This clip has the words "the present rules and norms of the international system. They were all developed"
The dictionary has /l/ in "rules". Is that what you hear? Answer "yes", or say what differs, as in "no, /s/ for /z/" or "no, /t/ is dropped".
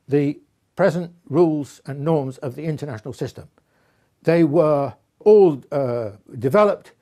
yes